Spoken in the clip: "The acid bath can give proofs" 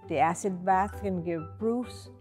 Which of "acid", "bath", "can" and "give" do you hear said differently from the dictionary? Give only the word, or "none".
none